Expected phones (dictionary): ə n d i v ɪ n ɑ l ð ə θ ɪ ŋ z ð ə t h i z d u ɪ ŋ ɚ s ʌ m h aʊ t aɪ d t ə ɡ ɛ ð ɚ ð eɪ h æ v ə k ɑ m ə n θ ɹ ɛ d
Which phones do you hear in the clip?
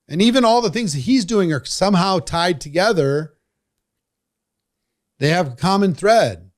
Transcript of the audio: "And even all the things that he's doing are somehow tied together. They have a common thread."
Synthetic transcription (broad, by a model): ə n i v ɪ n ɑ l ð ə θ ɪ ŋ z ð ə t h i z d u ɪ ŋ ɚ s ʌ m h aʊ t aɪ d t ə ɡ ɛ ð ɚ ð eɪ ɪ v ə k ɑ m ə n θ ɹ ɛ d